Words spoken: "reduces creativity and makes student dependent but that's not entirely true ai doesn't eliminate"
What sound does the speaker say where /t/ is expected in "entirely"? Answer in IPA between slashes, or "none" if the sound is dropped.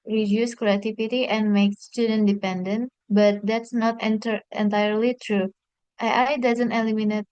/t/